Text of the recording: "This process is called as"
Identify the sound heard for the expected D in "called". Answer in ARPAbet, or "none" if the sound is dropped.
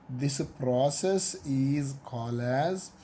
none